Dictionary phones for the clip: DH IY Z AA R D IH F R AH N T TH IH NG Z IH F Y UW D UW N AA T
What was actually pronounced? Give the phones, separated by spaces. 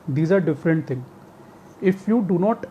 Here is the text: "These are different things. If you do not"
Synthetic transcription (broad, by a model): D IY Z AA R D IH F R AH N T T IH NG IH F Y UW D UW N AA T